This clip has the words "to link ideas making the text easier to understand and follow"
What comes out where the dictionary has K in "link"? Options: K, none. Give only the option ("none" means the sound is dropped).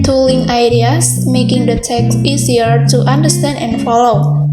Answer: none